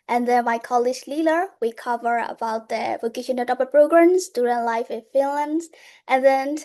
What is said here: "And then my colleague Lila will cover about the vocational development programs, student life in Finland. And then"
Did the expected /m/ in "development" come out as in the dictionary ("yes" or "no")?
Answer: no